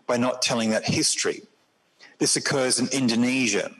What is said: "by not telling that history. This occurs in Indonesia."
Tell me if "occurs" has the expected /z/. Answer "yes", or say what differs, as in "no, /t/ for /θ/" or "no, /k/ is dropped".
yes